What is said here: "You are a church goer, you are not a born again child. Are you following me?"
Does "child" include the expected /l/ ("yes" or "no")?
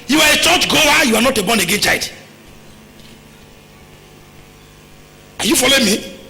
no